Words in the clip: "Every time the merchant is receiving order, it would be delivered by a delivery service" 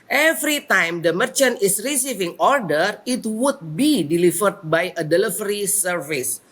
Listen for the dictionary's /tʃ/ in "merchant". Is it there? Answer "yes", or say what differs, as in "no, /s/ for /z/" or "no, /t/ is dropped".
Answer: yes